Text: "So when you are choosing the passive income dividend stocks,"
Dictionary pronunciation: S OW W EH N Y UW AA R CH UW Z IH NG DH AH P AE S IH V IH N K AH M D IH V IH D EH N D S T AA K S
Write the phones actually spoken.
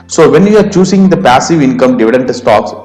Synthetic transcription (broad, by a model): S OW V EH N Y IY AA R CH UW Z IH NG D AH P AE S IH V IH N K AH M D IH V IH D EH N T S T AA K S